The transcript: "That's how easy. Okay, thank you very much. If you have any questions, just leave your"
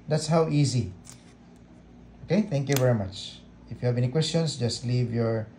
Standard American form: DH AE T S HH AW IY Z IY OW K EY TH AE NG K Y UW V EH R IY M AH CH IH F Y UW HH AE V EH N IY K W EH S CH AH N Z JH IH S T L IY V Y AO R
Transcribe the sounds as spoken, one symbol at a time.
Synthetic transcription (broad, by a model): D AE T S HH AW IY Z IY OW K EY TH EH NG K Y UW V EH R IY M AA CH IH F Y UW HH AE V EH N IY K W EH S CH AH N S JH IH S T L IY V Y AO R